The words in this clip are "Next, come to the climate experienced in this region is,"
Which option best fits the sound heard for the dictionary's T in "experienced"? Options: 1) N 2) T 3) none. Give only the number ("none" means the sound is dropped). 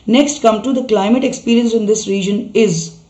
3